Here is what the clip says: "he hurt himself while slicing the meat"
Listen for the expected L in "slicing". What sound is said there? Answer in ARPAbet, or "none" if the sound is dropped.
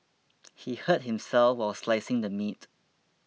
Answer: L